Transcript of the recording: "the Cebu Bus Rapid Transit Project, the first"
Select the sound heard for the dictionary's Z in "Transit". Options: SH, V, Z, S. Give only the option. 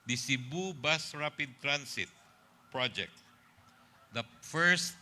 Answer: S